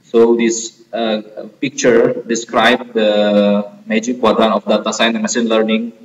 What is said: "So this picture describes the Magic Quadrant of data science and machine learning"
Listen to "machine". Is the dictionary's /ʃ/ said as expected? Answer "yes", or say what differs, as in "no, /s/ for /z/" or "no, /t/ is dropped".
no, /s/ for /ʃ/